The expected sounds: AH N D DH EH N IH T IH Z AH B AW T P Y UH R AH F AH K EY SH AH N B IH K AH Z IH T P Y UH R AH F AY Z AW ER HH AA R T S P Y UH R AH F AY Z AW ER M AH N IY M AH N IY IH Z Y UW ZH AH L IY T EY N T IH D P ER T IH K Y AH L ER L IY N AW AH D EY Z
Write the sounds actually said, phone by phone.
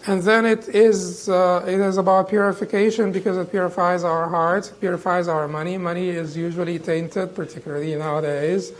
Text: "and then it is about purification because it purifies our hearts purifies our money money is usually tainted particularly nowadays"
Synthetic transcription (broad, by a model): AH N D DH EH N IH T IH Z AH B AW T P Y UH R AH F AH K EY SH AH N B IH K AH Z IH T P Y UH R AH F AY Z AW ER HH AA R T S P Y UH R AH F AY Z AW ER M AH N IY M AH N IY IH Z Y UW ZH AH L IY T EY N T IH D P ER T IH K Y L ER L IY N AW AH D EY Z